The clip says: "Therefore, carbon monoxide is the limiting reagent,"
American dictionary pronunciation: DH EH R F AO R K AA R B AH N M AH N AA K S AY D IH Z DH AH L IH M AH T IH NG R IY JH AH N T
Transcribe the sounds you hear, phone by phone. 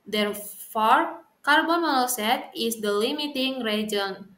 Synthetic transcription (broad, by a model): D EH R F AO R K AA R B AH N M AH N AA S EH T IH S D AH L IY M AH T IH NG R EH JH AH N